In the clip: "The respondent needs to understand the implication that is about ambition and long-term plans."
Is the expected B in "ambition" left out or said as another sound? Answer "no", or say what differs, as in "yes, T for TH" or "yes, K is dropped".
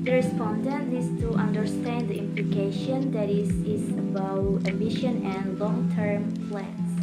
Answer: yes, B is dropped